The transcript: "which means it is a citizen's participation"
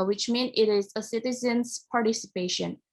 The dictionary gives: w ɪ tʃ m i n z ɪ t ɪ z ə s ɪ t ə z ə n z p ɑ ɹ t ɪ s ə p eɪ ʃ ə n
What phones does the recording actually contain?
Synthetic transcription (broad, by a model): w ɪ tʃ m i n ɪ t ɪ z ə s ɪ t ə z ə n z p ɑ ɹ t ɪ s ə p eɪ ʃ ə n